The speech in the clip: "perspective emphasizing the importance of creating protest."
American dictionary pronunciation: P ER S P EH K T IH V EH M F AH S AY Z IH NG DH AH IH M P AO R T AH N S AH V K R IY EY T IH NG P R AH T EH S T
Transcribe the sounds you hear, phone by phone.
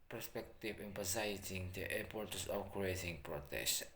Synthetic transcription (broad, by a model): P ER S P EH K T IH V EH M P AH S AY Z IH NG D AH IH P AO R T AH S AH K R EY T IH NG P R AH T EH S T